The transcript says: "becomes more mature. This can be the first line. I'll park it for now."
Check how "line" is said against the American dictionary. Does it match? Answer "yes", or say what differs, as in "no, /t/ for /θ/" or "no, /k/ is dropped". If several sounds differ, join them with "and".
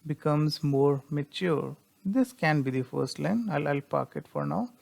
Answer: no, /l/ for /n/